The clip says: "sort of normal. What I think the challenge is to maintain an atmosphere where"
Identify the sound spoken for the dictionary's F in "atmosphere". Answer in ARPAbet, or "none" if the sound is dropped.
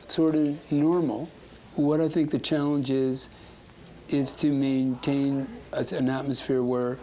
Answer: F